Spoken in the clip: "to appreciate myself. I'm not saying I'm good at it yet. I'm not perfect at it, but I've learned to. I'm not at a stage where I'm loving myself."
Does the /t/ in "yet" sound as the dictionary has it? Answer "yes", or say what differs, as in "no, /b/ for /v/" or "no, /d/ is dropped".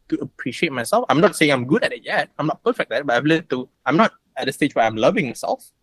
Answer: yes